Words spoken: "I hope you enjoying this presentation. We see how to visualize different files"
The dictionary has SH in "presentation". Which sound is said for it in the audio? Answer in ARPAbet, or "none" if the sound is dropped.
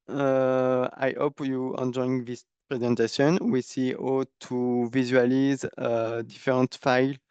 S